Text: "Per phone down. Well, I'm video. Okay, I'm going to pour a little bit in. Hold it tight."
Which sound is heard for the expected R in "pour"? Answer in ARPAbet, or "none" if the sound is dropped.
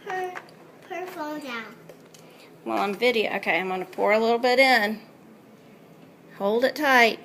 R